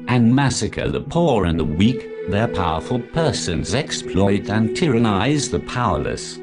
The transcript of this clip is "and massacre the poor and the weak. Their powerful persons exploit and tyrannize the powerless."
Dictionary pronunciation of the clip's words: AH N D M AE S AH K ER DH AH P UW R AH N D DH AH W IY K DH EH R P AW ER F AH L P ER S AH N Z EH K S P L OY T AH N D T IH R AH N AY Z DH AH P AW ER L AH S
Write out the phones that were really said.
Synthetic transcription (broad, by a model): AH N M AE S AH K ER DH AH P UW R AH N DH AH W IY K DH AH R P AW ER F AH L P ER S AH N Z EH K S P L OY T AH N T IH R AH N AY Z DH AH P AW ER L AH S